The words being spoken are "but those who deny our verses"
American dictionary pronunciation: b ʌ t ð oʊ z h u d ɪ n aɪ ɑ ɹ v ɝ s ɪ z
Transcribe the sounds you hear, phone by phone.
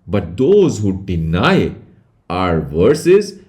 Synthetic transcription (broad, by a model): b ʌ t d oʊ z h u d ɪ n aɪ ɑ ɹ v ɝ s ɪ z